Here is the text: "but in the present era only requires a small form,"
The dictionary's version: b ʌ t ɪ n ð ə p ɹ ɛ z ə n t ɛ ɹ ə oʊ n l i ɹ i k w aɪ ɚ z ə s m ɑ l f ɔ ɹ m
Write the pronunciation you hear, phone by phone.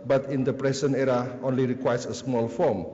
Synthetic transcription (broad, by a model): b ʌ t ɪ n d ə p ɹ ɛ s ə n ɛ ɹ ə oʊ n l i ɹ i k w aɪ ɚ s ə s m ɑ l f ɔ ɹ m